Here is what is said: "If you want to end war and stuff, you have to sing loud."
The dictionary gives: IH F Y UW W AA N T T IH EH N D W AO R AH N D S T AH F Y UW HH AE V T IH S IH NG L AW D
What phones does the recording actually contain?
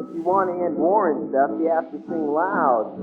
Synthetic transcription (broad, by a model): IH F Y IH W AA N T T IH EH N D W AO R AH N S T AH F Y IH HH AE F T IH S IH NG L AW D